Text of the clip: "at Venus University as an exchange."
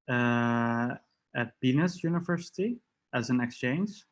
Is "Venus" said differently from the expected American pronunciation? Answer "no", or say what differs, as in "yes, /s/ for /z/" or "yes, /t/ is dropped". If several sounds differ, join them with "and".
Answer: yes, /b/ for /v/